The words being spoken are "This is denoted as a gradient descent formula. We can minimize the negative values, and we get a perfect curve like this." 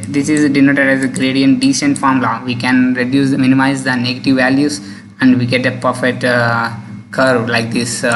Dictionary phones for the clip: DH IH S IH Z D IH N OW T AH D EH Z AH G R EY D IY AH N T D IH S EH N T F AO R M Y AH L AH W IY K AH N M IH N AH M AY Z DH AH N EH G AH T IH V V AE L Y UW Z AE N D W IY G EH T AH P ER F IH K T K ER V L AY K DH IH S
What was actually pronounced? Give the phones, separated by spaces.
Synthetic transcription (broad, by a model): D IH S IH Z D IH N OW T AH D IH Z AH G R EY D IY AH N T D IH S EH N T F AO R M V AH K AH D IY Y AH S M IH N AH M AY Z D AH N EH G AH T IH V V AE L Y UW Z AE N D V IY G EH T AH P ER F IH T K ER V L AY K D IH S